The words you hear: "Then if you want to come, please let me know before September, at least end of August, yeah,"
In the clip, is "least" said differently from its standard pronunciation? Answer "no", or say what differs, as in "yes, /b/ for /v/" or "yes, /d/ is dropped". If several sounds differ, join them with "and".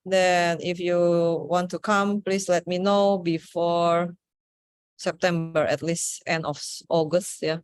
no